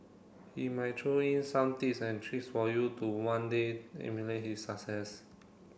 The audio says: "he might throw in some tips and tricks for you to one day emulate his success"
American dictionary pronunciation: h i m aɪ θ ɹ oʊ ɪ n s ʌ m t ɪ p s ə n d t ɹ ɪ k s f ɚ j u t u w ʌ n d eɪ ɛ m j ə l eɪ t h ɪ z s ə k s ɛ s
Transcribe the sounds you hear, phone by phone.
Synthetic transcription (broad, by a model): h i m aɪ t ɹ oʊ ɪ n s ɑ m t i s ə n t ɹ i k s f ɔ j u t u w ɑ n d eɪ ɛ m j ə l eɪ t h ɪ s ə k s ɛ s